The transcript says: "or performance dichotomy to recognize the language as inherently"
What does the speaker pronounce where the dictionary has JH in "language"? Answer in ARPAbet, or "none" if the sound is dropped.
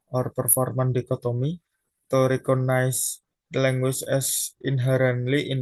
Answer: CH